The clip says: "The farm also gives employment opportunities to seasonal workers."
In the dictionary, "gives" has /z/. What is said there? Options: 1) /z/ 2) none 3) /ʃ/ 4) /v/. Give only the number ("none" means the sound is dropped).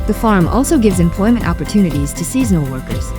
1